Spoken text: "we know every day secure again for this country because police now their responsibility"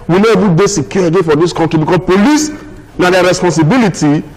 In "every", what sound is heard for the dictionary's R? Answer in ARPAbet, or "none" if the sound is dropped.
none